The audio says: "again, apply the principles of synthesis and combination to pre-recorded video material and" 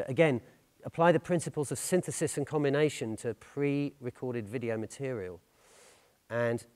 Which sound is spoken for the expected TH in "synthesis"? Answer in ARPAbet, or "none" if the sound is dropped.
TH